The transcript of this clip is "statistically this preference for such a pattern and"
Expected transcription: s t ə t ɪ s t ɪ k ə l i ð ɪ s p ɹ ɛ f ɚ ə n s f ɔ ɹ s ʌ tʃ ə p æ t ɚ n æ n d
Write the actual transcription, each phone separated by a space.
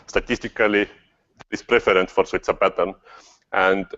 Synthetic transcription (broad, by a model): s t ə t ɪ s t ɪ k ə l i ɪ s p ɹ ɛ f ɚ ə n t f ɔ ɹ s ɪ s ə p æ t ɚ n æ n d